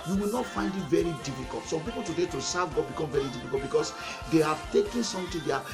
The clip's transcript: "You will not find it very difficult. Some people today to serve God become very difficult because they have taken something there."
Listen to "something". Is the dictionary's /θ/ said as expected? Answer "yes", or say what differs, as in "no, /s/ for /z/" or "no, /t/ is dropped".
no, /t/ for /θ/